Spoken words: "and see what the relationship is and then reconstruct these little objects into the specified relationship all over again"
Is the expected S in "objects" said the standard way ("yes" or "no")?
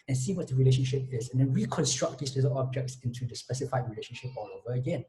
yes